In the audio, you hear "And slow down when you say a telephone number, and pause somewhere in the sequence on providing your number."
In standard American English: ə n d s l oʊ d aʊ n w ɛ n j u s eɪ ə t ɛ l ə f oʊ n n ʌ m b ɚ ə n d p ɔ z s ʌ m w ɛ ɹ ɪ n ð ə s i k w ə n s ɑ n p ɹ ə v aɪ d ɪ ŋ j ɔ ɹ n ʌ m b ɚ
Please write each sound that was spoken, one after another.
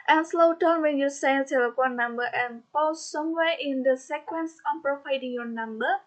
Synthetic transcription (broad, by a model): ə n s l oʊ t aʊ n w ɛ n j u s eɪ ə s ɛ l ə p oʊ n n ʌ m b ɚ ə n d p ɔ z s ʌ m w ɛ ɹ ɪ n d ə s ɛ k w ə n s ɑ n p ɹ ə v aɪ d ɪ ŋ j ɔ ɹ n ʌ m b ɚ